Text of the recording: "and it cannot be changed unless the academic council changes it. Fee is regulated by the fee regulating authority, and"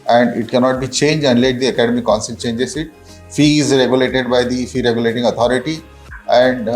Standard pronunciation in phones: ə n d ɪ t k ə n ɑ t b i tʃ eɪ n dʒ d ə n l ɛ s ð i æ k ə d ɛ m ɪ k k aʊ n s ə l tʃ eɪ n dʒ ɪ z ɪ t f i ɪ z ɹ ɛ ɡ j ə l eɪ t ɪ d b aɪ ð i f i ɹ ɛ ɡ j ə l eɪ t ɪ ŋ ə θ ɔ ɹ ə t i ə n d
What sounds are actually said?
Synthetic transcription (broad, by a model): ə n d ɪ t k ə n ɑ t b i tʃ eɪ n dʒ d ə n l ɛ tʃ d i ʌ k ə d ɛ m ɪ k k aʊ n s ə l tʃ eɪ n dʒ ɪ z ɪ t f i ɪ z ɹ ɛ ɡ j ə l eɪ t ɪ d b aɪ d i f i ɹ ɛ ɡ j ə l eɪ t ɪ ŋ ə t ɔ ɹ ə t i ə n d